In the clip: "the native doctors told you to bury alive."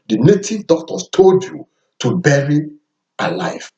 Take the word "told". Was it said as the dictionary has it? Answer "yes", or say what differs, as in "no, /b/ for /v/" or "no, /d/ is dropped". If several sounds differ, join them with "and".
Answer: yes